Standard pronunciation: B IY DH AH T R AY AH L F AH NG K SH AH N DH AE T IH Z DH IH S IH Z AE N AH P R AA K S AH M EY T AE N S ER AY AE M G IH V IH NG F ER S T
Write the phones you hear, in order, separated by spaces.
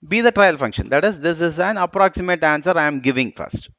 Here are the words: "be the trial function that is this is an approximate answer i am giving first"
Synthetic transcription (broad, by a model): B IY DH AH T R AY AH L F AH NG K SH AH N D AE T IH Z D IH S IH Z AE N AH P R AA K S AH M EY T AE N S ER AY M G IH V IH NG F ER S T